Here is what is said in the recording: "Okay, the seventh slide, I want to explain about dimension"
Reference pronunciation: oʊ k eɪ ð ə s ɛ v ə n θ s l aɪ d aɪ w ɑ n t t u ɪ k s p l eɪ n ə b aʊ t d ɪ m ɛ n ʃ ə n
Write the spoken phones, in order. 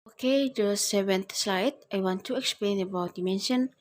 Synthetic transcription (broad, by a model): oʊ k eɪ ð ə s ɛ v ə n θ s l aɪ d aɪ w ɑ n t t u ɪ k s p l eɪ n ə b aʊ t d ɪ m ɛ n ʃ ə n